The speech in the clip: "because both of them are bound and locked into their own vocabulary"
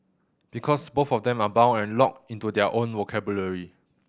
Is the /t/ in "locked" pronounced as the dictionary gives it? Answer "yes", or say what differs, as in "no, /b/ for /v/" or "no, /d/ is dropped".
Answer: no, /t/ is dropped